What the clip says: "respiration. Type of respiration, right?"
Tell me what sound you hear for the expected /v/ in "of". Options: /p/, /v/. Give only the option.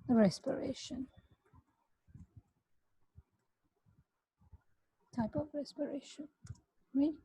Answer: /v/